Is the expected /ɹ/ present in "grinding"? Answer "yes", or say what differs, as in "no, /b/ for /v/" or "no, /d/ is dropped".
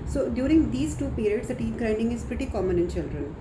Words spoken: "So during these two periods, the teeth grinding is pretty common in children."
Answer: yes